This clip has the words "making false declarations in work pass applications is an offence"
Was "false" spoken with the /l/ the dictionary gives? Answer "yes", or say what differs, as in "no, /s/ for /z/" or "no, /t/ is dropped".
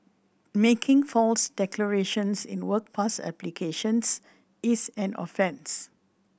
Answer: yes